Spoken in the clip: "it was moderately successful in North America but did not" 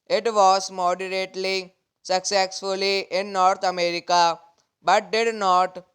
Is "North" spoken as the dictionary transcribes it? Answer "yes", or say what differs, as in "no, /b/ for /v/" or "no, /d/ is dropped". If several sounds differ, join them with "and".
no, /t/ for /θ/